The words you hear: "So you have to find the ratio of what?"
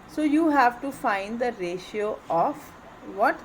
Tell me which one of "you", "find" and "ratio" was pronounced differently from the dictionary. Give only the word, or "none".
none